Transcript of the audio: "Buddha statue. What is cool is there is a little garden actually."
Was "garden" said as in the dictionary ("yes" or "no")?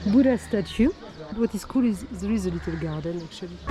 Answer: yes